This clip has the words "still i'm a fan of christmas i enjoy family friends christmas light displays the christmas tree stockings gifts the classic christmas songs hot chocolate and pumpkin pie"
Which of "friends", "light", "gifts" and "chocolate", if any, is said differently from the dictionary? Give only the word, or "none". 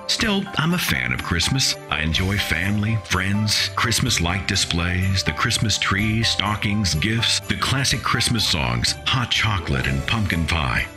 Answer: none